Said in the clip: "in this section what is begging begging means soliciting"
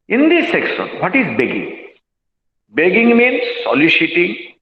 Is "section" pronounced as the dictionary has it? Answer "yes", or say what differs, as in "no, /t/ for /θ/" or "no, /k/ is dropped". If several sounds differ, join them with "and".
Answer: no, /s/ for /ʃ/